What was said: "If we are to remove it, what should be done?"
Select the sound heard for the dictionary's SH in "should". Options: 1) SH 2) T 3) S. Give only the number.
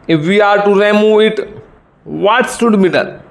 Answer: 3